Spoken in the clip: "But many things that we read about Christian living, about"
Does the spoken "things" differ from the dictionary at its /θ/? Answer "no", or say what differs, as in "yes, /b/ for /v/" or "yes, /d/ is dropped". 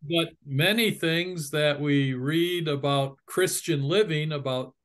no